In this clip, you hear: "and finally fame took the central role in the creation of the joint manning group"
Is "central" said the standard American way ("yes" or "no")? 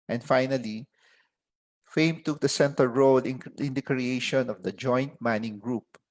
no